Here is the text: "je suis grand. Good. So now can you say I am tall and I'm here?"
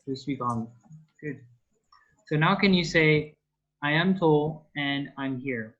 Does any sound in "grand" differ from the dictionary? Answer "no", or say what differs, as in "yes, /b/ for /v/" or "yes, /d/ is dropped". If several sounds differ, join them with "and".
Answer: yes, /ɹ/ is dropped